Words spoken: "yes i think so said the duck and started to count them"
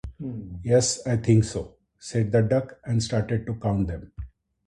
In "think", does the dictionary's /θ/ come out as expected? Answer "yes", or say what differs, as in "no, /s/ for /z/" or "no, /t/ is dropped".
no, /t/ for /θ/